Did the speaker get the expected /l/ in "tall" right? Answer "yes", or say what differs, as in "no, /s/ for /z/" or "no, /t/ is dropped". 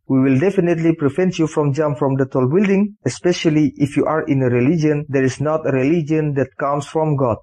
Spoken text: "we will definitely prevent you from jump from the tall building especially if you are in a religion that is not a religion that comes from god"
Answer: yes